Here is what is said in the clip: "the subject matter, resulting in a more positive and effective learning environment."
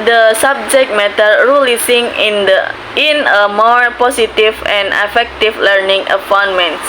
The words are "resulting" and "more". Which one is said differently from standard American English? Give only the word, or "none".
resulting